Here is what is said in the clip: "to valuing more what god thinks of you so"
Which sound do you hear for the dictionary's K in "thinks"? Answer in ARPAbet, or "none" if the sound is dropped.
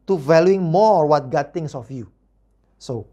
none